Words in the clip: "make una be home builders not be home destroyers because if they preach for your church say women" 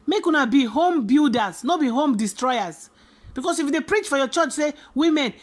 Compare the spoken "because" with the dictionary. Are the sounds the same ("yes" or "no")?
no